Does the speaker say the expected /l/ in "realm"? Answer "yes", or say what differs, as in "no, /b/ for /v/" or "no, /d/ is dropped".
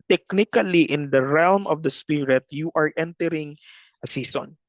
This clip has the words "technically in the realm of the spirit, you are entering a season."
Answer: yes